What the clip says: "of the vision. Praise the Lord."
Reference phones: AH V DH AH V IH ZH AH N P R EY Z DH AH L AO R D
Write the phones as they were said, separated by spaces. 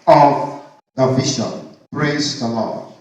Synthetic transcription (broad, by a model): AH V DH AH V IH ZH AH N B R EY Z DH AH L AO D